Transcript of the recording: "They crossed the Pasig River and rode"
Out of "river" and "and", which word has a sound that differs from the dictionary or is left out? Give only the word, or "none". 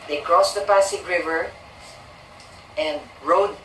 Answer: none